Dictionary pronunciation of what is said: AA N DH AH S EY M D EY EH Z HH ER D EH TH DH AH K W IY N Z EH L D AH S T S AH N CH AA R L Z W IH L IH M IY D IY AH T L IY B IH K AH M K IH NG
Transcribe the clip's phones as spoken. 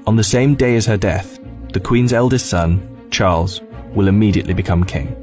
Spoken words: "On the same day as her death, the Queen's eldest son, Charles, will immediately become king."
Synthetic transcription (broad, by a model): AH N DH AH S EY M D EY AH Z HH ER D EH TH DH AH K W IY N Z EH L D AH S T S AH N CH AA L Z W IH L IH M IY D IY AH T L IY B IH K AH M K IH NG